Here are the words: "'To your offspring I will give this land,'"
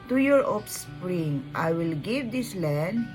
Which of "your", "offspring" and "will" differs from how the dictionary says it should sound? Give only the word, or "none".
offspring